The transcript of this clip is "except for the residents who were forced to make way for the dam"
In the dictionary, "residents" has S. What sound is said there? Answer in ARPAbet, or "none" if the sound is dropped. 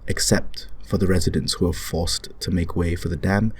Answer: S